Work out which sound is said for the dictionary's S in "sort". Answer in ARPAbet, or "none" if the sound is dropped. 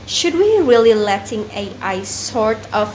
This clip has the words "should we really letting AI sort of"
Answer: S